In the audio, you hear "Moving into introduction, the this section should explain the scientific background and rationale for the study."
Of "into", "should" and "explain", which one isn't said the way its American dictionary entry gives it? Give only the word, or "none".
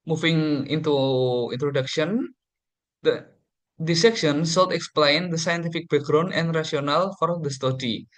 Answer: should